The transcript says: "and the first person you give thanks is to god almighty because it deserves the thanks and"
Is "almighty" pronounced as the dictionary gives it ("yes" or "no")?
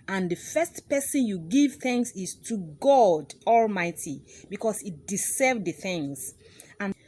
yes